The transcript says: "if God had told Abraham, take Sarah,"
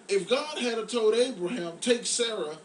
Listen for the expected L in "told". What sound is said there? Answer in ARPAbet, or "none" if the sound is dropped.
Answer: none